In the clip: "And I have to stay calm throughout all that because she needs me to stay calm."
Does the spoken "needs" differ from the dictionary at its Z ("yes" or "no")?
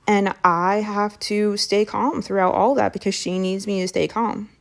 no